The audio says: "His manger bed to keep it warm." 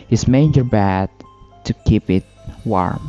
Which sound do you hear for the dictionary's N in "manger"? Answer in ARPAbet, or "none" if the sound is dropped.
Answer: none